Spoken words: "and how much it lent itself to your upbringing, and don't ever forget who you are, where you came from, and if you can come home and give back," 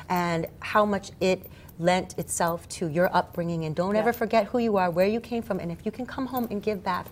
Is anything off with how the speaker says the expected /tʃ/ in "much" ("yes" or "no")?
no